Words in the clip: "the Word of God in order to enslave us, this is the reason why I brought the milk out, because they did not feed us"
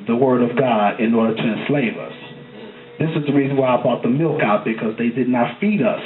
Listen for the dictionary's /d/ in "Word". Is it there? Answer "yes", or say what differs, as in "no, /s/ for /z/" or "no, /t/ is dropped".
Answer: yes